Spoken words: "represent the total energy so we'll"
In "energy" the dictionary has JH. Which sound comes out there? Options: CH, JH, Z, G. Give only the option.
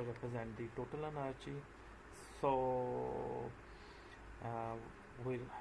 CH